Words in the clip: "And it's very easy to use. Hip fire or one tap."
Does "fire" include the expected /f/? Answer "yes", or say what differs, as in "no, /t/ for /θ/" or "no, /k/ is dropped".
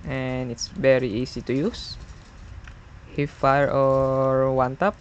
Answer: yes